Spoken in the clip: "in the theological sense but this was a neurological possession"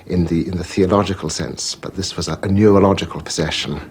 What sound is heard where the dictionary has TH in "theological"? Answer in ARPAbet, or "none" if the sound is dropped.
TH